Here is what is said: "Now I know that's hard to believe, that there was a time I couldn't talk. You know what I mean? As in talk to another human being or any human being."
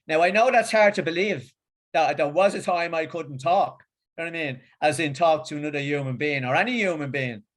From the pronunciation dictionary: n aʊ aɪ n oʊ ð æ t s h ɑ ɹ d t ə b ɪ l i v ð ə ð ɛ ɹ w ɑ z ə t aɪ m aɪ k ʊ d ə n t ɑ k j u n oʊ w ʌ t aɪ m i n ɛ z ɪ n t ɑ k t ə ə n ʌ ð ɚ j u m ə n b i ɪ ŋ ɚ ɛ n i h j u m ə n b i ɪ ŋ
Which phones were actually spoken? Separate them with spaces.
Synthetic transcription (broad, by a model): n aʊ aɪ n oʊ ð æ t s h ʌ ɹ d t ə b ɪ l i v ð ə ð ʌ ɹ w ɑ z ə t aɪ m aɪ k ʊ d n t ɑ k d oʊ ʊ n aɪ m i n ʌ z ɪ n t ɑ k t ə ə n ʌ ð ɚ j u m ə n b i ɪ ŋ ɚ ɛ n i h j u m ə n b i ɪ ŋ